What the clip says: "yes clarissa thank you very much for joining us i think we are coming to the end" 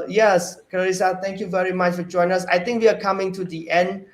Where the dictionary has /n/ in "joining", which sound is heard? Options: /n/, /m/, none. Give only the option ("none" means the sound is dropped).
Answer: none